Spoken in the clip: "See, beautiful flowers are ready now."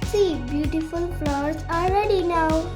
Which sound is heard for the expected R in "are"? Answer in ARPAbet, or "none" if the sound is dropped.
L